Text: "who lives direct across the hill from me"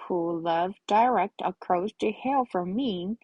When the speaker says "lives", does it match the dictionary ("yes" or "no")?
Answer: no